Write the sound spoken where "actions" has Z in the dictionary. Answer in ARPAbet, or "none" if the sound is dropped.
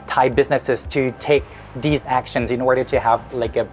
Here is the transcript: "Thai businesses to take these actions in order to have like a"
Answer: Z